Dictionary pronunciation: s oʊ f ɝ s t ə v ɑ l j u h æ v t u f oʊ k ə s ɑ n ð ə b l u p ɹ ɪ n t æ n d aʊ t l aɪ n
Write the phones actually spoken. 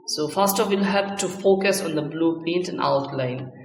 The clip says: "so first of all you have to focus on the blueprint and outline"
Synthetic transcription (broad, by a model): s oʊ f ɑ s t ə f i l h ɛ p t u f oʊ k ə s ɑ n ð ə b l u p ɛ n t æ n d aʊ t l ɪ n